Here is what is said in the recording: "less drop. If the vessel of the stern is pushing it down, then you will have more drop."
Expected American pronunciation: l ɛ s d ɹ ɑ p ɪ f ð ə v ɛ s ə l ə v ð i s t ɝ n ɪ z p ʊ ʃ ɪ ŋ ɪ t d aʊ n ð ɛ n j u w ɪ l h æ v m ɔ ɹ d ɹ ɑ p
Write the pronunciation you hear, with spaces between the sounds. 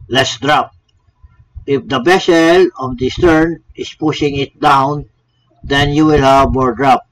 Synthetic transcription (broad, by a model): l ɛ s d ɹ ɑ p ɪ f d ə b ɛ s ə l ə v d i s t ɝ n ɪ s p ʊ ʃ ɪ ŋ ɪ t d aʊ n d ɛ n j u w ɪ l h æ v m ɔ ɹ d ɹ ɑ p